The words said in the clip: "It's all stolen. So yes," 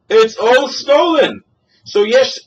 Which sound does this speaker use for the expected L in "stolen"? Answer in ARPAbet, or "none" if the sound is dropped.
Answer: L